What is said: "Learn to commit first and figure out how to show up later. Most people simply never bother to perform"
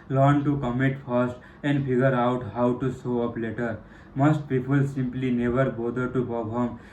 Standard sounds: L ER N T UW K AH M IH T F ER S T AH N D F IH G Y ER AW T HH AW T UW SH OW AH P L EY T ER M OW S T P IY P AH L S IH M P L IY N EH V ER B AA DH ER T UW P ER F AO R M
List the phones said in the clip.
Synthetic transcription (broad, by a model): L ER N T UW K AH M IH T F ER S T AH N D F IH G Y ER AW T HH AW T UW S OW AH P L EY T ER M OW S T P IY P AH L S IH M P L IY N EH V ER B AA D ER T UW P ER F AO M